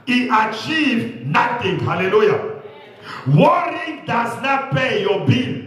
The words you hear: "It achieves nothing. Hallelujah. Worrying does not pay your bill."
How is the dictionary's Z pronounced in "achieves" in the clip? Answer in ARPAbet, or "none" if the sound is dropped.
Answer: none